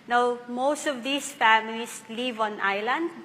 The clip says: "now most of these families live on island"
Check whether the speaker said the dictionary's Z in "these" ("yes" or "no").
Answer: no